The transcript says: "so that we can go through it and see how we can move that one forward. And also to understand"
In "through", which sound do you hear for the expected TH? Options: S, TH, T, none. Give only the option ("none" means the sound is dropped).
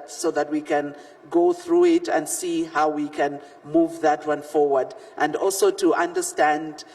TH